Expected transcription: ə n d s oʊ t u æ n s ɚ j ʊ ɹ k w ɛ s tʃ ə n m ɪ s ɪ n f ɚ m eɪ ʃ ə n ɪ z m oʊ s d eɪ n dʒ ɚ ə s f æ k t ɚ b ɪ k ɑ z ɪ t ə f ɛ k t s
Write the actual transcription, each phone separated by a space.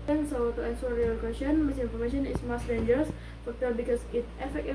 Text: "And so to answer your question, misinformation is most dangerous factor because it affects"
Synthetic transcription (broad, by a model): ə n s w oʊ t u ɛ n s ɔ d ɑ l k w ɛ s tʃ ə n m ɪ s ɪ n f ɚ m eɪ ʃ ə n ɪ s m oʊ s d eɪ n dʒ ɚ ə s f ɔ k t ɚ b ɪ k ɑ s ɪ t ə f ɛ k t